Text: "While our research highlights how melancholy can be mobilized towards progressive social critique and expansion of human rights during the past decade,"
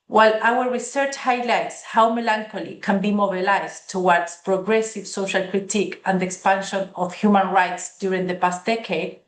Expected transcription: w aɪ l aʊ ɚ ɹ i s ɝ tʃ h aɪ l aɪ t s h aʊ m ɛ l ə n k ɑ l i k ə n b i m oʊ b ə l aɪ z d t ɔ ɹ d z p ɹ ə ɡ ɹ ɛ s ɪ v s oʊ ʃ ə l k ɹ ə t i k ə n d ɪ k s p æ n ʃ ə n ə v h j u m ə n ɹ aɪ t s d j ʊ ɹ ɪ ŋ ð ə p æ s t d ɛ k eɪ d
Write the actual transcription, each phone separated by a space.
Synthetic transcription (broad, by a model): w aɪ l aʊ ɚ ɹ i s ɝ tʃ h aɪ l aɪ t s h aʊ m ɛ l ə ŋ k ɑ l i k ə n b i m oʊ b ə l aɪ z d t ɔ w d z p ɹ ə ɡ ɹ ɛ s ɪ v s oʊ ʃ ə l k ɹ ə t i k ə n d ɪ k s p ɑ n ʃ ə n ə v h j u m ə n ɹ aɪ t s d j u ɹ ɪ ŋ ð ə p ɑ s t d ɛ k eɪ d